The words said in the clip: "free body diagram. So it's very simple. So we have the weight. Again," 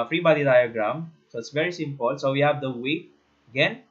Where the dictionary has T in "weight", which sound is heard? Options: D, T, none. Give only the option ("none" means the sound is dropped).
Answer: none